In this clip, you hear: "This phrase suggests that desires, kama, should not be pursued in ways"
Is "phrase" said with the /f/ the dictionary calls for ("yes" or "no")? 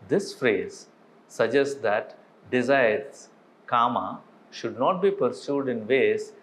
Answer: yes